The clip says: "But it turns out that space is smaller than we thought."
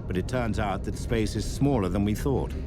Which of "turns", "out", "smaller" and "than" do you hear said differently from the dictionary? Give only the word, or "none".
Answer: none